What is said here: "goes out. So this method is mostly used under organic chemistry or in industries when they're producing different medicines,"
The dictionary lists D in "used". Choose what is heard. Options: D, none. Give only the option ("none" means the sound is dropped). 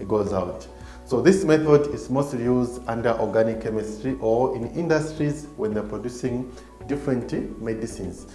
D